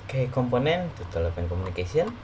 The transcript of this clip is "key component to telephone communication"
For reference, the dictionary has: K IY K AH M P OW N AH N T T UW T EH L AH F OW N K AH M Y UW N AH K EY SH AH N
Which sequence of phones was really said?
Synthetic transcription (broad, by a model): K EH K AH M P OW N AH N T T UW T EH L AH P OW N K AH M UW N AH K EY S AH N